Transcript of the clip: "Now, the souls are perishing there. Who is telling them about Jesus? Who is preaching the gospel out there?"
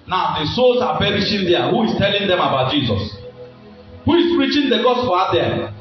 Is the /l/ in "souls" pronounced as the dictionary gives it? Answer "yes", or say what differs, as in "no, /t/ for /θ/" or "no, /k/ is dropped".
no, /l/ is dropped